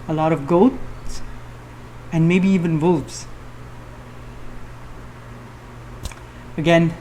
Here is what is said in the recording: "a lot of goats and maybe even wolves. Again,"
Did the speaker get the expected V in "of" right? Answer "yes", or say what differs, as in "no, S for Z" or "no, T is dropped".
yes